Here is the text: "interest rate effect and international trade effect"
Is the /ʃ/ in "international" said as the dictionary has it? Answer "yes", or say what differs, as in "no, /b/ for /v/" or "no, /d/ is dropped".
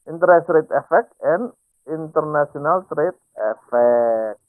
no, /s/ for /ʃ/